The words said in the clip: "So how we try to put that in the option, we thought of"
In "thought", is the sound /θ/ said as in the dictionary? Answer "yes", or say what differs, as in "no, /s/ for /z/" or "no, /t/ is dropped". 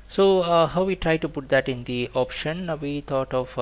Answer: no, /t/ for /θ/